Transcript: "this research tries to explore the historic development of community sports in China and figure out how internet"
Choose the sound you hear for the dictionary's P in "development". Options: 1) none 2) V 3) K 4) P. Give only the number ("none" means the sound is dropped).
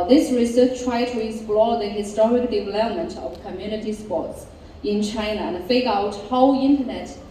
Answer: 4